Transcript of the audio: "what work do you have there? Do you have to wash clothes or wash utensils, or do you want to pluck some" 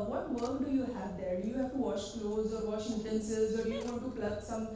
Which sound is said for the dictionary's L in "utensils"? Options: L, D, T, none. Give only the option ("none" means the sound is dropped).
none